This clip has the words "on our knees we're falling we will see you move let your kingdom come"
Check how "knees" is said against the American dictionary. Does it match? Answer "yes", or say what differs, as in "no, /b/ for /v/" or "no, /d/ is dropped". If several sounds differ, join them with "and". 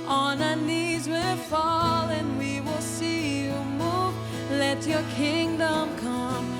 yes